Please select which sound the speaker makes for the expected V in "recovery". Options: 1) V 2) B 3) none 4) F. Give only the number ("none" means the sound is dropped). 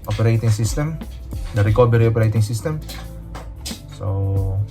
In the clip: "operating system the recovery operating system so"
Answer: 2